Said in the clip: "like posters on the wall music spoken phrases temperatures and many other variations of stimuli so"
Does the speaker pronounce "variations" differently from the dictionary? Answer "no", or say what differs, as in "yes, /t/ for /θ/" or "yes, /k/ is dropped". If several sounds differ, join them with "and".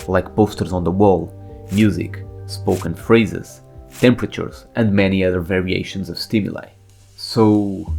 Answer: no